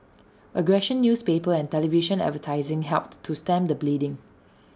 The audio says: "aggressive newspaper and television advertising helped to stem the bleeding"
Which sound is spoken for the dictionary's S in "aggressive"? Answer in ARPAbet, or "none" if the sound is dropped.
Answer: SH